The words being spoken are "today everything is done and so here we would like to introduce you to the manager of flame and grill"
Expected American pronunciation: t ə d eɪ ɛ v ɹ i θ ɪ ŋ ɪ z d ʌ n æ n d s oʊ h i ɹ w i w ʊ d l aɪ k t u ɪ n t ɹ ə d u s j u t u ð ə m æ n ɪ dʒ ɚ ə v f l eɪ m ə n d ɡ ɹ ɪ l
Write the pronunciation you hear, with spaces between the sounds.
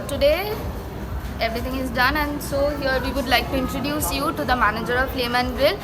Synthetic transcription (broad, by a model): t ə d eɪ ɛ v ɹ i t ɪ ŋ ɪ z d ʌ n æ n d s oʊ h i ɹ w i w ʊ d l aɪ k t u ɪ n t ɹ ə d u s j u t u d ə m æ n ɪ dʒ ɚ ə v p l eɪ m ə n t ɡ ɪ l